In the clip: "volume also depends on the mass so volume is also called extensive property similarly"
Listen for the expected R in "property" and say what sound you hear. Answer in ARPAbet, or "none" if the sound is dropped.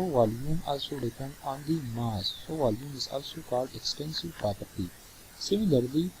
R